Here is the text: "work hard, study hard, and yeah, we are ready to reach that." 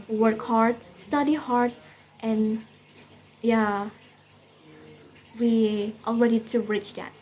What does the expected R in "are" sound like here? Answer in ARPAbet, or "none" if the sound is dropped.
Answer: L